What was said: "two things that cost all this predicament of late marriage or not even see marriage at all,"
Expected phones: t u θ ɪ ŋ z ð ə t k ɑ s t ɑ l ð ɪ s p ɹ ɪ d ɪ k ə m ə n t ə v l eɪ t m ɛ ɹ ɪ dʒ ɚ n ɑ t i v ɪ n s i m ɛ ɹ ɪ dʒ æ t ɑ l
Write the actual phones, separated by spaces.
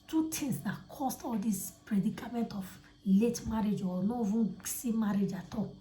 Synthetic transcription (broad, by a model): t u t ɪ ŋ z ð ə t k ɑ s t ɑ l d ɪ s p ɹ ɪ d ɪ k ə m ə n t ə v l eɪ t m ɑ ɹ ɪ dʒ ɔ n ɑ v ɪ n s i m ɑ ɹ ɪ dʒ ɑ t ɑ